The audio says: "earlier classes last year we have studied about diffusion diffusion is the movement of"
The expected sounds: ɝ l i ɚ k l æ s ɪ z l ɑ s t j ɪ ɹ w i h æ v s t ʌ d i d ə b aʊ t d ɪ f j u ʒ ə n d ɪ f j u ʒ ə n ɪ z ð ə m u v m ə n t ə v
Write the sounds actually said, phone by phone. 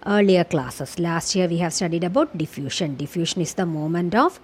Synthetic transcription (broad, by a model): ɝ l i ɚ k l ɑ s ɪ s l ɑ s t j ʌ ɹ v i h æ v s t ʌ d i d ə b aʊ t d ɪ f j u ʃ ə n d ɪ f j u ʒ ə n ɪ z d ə m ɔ m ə n t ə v